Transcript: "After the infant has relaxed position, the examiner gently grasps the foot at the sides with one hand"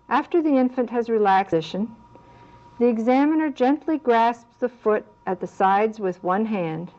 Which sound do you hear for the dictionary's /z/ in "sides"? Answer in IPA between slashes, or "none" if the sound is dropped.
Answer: /z/